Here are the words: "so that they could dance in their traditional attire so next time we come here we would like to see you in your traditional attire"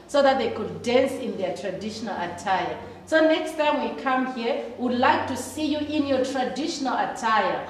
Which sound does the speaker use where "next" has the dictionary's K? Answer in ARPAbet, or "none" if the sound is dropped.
K